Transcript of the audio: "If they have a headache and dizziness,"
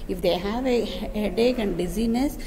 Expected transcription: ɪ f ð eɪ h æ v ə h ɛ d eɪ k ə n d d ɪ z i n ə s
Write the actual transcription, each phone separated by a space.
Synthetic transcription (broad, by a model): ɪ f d eɪ h æ v ə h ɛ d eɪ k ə n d d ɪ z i n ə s